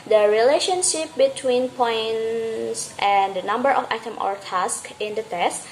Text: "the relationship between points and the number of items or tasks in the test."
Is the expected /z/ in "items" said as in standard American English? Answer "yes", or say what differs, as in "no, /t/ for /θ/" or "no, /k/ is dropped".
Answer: no, /z/ is dropped